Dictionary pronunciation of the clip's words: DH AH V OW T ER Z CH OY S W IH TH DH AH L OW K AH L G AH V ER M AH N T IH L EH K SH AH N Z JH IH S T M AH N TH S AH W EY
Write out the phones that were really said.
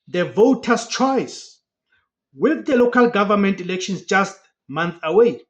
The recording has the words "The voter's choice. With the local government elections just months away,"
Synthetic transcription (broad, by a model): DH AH V OW T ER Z CH OY S W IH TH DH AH L OW K AH L G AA V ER M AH N T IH L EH K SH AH N S JH IH S T M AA N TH AH W EY